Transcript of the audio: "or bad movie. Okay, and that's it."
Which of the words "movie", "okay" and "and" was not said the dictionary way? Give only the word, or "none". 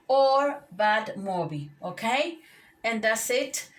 movie